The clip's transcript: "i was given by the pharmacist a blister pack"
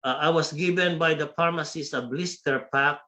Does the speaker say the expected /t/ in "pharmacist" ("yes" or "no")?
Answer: no